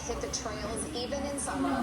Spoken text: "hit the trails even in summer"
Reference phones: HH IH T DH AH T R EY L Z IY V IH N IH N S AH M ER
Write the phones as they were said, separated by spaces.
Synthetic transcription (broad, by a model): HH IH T DH AH T R EY L Z IY V IH N IH N S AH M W